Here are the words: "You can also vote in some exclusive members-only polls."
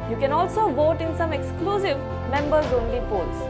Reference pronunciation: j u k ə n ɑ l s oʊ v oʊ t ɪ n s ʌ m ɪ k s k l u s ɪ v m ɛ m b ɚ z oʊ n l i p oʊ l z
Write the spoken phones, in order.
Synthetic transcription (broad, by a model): j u k ə n ɑ l s oʊ v oʊ t ɪ n s ʌ m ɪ k s k l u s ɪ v m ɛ m b ɚ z oʊ n l i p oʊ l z